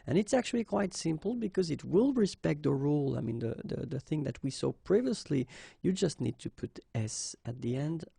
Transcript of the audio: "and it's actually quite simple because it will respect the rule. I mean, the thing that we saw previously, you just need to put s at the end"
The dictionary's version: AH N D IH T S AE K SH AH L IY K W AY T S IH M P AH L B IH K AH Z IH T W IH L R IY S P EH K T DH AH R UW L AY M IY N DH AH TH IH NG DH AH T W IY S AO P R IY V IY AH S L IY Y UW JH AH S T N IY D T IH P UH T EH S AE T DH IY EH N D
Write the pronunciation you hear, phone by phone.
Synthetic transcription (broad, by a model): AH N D IH T S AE K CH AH L IY K W AY T S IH M P L B IH K AH Z IH T W IH L R IY S P EH K T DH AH R UW L AY M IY N DH AH TH IH NG DH AH T W IY S AO P R IY V IY AH S L IY Y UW JH AH S T N IY D T IH P UH T EH S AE T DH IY EH N D